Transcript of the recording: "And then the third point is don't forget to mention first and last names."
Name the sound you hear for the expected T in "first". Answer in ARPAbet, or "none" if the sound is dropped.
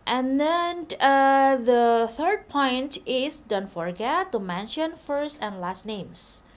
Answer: T